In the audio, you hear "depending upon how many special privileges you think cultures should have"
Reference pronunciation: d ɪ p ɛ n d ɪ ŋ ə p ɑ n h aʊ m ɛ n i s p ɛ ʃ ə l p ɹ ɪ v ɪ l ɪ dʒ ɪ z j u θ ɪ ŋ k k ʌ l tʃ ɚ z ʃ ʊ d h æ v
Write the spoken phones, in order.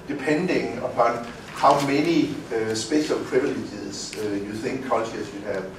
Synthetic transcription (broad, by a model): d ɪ p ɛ n d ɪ ŋ ə p ɑ n h aʊ m ɛ n i s b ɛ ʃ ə l p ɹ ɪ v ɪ l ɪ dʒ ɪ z j u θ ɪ ŋ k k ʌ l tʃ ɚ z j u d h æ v